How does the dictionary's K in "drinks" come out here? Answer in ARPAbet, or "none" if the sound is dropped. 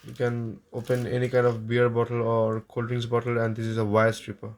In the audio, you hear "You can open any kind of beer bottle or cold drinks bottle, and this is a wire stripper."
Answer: none